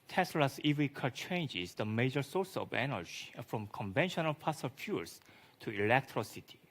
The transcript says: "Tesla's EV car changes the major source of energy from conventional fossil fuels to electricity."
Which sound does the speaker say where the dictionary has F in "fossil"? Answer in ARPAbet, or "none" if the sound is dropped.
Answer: P